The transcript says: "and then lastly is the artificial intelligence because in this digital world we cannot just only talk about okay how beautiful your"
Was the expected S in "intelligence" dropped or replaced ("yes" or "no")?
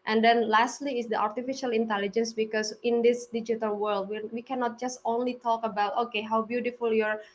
no